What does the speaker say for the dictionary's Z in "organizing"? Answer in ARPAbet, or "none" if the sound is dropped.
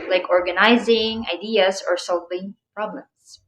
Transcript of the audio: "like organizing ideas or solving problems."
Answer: Z